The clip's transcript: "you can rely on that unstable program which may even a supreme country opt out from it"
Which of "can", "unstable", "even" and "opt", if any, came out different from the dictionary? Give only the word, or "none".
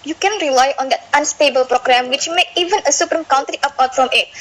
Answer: opt